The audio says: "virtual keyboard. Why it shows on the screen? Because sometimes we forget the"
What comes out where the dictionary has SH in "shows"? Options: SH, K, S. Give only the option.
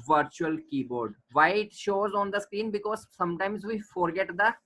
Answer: SH